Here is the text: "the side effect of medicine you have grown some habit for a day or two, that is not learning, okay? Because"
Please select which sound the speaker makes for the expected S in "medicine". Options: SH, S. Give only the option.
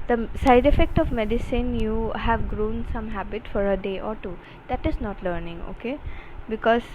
S